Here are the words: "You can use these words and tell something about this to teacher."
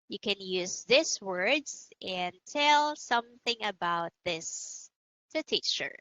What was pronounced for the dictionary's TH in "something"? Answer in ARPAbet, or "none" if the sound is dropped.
TH